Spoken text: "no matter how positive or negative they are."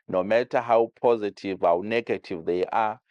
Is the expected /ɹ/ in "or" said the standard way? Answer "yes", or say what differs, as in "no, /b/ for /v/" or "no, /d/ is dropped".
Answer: no, /w/ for /ɹ/